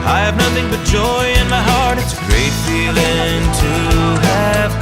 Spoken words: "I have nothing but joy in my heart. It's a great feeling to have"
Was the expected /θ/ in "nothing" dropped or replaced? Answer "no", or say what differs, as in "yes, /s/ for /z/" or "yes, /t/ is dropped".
no